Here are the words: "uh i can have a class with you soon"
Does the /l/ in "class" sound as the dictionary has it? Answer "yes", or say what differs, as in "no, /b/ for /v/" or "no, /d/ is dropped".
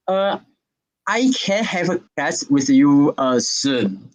no, /l/ is dropped